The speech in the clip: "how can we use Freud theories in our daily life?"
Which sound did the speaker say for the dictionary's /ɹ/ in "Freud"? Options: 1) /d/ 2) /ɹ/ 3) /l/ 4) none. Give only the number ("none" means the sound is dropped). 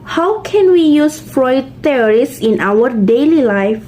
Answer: 2